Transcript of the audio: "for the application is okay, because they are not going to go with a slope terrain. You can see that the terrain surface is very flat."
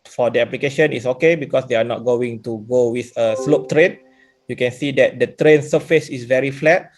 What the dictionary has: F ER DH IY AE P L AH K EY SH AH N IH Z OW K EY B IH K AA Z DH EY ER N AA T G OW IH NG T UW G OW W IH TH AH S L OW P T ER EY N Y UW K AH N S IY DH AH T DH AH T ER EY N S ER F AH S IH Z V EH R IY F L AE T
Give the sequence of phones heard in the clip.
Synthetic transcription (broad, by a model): F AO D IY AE P L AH K EY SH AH N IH S OW K EY B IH K AA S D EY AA N AA T G OW IH NG T UW G OW W IH TH AH S L OW P T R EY N Y UW K AH N S IY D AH T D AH T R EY N S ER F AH S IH S V EH R IY F L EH T